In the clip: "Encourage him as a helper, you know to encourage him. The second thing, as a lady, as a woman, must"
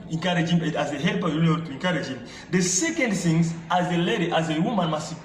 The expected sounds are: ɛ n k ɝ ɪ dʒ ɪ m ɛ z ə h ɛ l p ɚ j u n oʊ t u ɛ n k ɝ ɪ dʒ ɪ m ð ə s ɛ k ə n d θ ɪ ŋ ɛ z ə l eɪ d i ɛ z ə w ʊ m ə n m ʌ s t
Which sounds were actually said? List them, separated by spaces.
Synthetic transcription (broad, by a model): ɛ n k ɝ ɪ dʒ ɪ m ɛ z ə h ɛ l p ɚ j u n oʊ t u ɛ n k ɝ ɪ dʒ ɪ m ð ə s ɛ k ə n d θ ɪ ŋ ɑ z ə l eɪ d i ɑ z ə w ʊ m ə n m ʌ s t